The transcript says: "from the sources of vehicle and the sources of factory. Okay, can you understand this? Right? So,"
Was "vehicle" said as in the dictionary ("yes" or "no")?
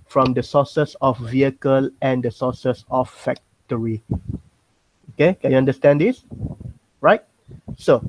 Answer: yes